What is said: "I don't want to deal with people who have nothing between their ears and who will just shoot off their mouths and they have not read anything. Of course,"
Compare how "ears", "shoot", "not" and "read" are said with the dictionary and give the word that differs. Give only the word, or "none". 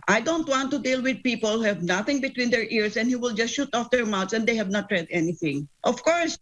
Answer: ears